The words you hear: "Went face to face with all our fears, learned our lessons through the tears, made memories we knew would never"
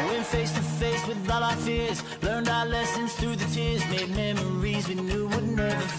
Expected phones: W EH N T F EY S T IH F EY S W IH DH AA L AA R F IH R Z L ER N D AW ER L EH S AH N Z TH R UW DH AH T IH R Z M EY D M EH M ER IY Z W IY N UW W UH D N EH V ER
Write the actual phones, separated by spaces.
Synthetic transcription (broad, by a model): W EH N F EY S T IH F EY S W IH DH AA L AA F IH R Z L ER N D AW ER L EH S AH N Z TH R UW DH AH T IH R Z M EY D M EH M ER IY Z W IY N UW W UH D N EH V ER